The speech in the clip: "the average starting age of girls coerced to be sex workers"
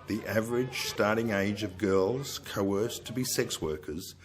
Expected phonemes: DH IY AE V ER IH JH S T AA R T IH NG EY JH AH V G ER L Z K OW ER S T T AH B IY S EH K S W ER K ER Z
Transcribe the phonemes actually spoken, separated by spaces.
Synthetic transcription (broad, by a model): DH IY AE V ER IH JH S T AA R T IH NG EY JH AH V G ER L Z K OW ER S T T AH B IY S EH K S W ER K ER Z